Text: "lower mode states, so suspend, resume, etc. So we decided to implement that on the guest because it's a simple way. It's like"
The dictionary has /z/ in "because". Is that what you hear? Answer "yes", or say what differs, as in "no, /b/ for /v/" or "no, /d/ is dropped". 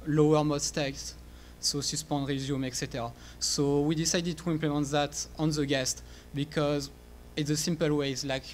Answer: yes